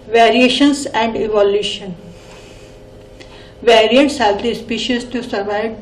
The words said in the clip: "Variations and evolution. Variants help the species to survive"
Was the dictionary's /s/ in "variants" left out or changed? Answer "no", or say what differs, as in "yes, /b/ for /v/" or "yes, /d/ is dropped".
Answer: no